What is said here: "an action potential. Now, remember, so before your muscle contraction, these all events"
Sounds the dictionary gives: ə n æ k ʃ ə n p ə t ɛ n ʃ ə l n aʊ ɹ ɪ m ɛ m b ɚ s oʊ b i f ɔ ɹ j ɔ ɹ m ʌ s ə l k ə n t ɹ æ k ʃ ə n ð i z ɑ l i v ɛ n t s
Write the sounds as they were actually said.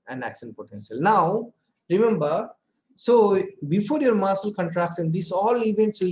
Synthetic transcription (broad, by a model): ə n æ k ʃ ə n p ə t ɛ n ʃ ə l n aʊ ɹ ɪ m ɛ m b ɚ s oʊ b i f ɔ ɹ j ɔ ɹ m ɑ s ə l k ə n t ɹ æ k s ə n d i s ɑ l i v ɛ n t s